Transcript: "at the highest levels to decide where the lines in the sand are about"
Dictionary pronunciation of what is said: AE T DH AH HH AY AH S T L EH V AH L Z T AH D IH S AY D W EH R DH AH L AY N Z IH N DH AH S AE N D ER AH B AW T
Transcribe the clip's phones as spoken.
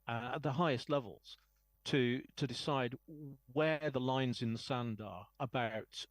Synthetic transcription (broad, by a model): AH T DH AH HH AY AH S T L EH V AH L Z T AH D IH S AY D W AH DH AH L AY N Z IH N DH AH S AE N D ER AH B AW T